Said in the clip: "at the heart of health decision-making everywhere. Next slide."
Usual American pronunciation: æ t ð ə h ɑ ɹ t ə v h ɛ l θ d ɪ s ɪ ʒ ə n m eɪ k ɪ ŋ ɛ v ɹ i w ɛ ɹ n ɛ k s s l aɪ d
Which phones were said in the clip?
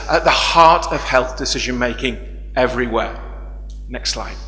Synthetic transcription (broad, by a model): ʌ t ð ə h ɑ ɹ t ə v h ɛ l θ d ɪ s ɪ ʒ ə n m eɪ k ɪ ŋ ɛ v ɹ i w ɛ n ɛ k s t l aɪ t